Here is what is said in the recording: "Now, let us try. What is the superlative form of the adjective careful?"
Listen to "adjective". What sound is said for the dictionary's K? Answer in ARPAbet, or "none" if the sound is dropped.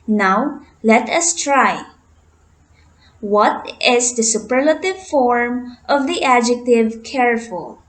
K